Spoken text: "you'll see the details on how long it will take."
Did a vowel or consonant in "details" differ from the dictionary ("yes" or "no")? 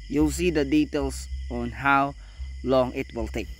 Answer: yes